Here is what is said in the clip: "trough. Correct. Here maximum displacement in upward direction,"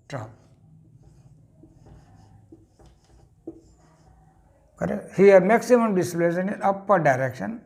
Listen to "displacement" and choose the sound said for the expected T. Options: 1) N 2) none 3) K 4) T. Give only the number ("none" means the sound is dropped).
2